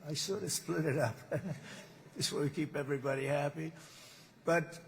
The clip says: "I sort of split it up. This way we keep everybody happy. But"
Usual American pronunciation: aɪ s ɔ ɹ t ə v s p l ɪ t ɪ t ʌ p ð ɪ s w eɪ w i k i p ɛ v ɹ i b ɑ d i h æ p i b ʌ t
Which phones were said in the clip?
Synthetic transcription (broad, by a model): aɪ s ɔ ɹ t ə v s p l ɪ t ɪ t ʌ p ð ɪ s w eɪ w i k i p ɛ v ɹ i b ɑ d i h æ p i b ʌ t